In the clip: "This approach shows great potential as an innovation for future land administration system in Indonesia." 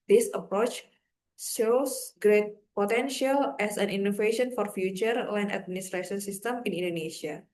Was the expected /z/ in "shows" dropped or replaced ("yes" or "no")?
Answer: yes